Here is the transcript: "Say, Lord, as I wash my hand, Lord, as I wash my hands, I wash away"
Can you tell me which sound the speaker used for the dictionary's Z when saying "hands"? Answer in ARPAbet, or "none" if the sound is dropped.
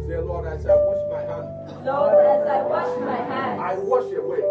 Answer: none